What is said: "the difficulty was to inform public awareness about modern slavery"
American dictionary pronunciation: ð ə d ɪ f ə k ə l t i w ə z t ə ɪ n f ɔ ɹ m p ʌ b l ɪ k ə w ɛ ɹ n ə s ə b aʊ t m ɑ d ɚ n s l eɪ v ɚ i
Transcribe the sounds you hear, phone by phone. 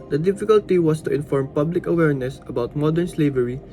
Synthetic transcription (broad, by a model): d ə d ɪ f ə k ə l t i w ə s t ə ɪ n f ɔ ɹ m p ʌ b l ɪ k ə w ɛ ɹ n ə s ə b aʊ t m ɑ d ɚ n s l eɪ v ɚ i